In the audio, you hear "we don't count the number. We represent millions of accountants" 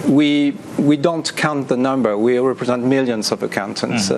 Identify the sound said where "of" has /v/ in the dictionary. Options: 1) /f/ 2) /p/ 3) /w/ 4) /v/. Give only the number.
4